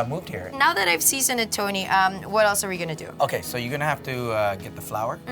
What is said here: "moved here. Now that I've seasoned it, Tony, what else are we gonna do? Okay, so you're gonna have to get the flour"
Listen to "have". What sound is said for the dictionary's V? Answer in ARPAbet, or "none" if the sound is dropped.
F